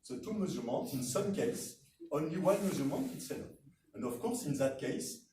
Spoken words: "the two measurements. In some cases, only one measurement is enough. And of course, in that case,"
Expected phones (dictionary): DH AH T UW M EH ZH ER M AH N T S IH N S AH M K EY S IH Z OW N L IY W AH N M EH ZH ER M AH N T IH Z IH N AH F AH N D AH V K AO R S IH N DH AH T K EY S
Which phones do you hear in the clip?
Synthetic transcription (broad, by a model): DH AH T UW M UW Z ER M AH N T IH N S AH M K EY IH S OW N L IY W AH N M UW Z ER M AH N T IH S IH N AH AH N D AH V K AO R S IH N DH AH T K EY S